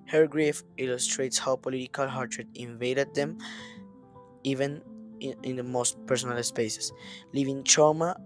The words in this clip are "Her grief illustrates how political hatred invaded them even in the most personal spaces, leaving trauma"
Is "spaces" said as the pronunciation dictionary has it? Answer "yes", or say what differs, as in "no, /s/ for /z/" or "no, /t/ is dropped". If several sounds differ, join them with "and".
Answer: no, /s/ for /z/